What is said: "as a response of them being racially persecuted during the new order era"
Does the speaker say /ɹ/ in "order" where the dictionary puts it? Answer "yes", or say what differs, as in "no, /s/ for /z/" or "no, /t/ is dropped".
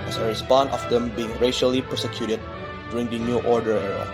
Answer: yes